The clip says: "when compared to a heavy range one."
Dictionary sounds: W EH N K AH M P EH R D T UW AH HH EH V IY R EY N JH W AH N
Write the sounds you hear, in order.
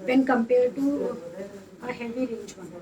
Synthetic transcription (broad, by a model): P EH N K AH M P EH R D T UW AH HH EH V IY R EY JH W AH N